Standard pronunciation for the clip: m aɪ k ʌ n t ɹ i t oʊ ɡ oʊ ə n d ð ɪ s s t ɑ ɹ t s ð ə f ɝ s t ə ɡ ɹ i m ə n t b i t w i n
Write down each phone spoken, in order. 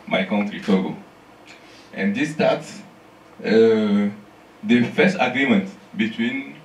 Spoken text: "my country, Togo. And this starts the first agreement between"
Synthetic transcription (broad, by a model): m aɪ k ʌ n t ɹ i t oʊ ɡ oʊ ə n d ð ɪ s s t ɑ t s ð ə f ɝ s t ə ɡ ɹ i m ə n t b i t w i n